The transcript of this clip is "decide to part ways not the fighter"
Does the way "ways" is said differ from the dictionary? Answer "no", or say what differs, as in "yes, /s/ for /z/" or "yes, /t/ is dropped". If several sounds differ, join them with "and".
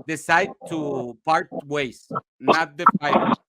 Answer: yes, /s/ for /z/